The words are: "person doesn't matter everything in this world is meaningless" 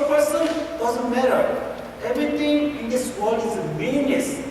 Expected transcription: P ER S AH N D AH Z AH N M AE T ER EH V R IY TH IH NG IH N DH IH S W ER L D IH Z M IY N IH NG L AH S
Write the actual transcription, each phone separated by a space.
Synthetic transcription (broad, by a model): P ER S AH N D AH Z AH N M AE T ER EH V R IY T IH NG IH N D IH S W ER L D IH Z M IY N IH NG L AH S